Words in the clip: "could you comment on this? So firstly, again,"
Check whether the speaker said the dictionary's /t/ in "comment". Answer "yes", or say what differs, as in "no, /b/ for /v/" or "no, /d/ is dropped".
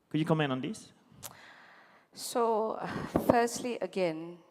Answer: no, /t/ is dropped